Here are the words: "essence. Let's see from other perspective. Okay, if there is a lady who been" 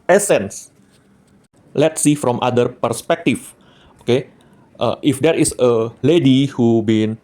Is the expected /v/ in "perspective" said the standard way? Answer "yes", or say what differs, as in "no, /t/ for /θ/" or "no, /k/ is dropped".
no, /f/ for /v/